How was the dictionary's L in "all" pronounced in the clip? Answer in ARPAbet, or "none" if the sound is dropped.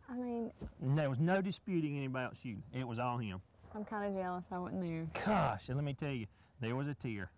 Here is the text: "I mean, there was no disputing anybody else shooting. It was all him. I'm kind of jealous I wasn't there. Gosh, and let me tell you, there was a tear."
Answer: L